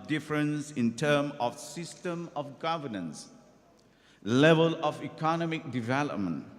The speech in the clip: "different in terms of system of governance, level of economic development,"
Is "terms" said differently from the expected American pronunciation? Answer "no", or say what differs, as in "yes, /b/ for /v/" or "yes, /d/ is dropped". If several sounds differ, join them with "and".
yes, /z/ is dropped